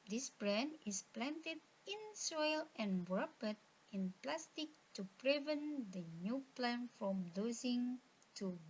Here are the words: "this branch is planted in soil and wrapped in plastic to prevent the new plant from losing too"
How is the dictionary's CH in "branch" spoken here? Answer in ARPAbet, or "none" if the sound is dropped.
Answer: none